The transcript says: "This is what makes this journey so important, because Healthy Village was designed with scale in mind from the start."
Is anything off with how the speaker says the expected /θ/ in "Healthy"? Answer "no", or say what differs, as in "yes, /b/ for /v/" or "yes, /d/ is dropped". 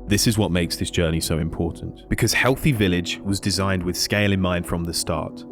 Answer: no